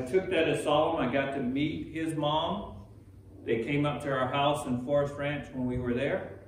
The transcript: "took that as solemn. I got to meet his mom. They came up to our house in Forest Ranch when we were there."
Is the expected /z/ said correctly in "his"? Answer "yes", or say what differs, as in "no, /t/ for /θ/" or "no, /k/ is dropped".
yes